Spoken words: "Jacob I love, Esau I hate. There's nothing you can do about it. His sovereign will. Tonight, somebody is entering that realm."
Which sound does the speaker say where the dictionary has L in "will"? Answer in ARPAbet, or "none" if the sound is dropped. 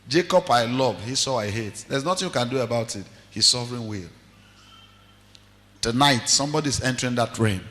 L